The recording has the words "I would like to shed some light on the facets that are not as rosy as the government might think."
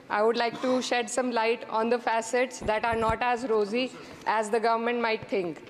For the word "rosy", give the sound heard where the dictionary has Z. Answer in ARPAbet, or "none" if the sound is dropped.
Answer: Z